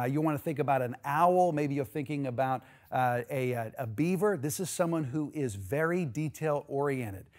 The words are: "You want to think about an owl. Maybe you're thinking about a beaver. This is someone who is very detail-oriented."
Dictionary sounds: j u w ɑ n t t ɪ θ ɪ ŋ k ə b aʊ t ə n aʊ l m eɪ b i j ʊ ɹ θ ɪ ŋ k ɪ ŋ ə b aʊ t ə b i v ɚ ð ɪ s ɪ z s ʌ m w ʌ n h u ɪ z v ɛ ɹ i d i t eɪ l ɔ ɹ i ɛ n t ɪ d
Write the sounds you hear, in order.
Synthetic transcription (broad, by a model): j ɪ w ɑ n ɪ θ ɪ ŋ k ə b aʊ t ə n aʊ l m eɪ b i j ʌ ɹ θ ɪ ŋ k ɪ ŋ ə b aʊ t ə b i v ɚ ð ɪ s ɪ z s ʌ m w ʌ n h u ɪ z v ɛ ɹ i d i t eɪ l ɔ ɹ i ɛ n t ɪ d